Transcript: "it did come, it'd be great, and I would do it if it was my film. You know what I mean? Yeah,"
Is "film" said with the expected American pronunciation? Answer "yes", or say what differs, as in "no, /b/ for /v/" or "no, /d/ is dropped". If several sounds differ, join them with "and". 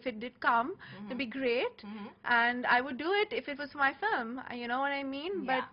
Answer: no, /l/ is dropped